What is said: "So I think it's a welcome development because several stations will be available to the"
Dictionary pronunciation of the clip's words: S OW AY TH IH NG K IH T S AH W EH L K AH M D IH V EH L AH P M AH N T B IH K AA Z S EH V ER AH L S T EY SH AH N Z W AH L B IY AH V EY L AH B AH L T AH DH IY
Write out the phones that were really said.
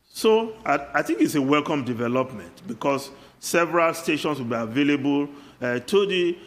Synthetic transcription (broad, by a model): S OW AY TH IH NG K IH T S AH W EH L K AH M D IH V EH L AH P M AH N T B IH K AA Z S EH V ER AH L S T EY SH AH N S W AH L B IY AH V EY L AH B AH L T AH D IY